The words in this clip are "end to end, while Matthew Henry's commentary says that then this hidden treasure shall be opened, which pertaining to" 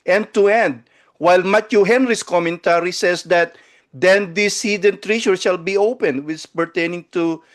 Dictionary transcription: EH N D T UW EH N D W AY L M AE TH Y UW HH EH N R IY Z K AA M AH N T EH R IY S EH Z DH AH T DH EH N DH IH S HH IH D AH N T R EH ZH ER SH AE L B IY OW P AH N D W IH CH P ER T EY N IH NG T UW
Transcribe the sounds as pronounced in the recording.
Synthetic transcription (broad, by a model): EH N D T UW EH N D W AY L M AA T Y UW HH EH N R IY S K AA M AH N T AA R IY S EH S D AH T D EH N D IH S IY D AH N T R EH SH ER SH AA L B IY OW P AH N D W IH S P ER T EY N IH NG T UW